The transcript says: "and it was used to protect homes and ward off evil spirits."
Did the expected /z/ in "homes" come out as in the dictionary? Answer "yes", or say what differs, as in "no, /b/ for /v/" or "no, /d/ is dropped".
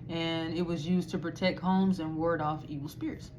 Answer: yes